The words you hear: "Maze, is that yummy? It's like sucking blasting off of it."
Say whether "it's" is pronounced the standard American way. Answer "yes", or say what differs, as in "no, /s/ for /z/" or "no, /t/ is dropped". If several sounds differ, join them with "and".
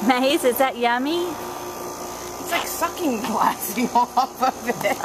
yes